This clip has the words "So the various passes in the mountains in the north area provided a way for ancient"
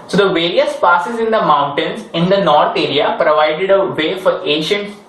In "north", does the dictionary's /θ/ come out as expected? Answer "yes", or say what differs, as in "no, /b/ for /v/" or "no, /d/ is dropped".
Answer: no, /t/ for /θ/